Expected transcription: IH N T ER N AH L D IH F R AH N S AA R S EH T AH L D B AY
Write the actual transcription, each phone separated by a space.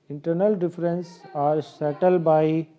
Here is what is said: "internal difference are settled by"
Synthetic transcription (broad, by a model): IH N T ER N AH L D IH F R AH N S AA R S EH T AH L D B AY